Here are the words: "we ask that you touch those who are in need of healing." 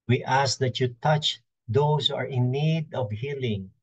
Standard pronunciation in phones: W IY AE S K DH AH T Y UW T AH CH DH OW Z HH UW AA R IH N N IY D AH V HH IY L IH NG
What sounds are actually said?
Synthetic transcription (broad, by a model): W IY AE S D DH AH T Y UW T AH CH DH OW S HH UW AA R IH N N IY D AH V HH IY L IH NG